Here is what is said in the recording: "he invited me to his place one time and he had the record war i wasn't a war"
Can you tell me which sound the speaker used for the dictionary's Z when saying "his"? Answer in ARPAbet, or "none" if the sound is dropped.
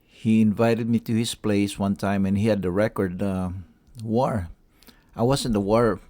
S